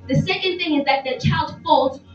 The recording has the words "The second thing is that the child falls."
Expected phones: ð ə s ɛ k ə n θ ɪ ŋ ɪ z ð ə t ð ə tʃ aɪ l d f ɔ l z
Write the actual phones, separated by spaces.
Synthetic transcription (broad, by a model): ð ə s ɛ k ə n θ ɪ ŋ ɪ z ð ə t ð ə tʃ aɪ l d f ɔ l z